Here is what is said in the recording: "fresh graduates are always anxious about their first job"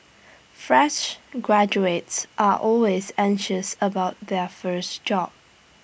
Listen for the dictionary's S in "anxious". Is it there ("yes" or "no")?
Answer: yes